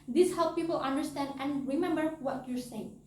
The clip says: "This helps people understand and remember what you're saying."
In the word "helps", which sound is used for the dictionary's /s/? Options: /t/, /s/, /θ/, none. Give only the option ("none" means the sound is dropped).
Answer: none